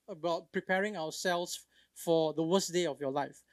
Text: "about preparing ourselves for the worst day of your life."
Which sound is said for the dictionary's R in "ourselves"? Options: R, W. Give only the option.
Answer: W